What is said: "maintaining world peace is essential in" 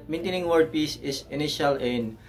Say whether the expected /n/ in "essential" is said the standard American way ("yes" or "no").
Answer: no